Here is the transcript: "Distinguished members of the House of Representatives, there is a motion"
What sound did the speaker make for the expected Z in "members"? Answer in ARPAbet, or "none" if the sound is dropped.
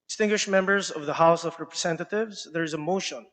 Z